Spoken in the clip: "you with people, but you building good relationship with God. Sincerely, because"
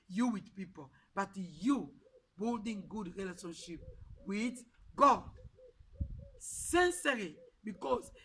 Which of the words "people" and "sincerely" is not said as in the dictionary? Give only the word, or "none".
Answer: sincerely